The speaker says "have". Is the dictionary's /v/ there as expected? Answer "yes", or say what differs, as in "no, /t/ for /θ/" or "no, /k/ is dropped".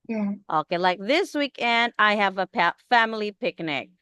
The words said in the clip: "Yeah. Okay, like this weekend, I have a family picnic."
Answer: no, /p/ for /v/